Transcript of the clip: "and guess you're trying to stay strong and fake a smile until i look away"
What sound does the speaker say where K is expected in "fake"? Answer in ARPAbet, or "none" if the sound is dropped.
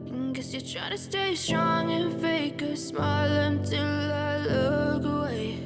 K